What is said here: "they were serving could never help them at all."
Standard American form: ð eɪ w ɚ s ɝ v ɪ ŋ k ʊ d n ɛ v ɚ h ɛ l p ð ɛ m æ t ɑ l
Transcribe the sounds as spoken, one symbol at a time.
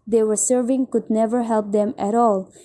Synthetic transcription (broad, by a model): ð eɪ w ɚ s ɝ v ɪ ŋ k ʊ d n ɛ v ɚ h ɛ l p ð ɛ m æ t ɑ l